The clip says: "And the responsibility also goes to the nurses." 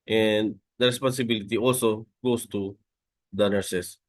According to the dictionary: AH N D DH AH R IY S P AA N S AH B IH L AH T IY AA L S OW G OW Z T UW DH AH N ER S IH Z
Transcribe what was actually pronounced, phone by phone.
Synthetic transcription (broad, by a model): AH N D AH R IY S P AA N S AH B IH L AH T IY AA L S OW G OW S T UW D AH N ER S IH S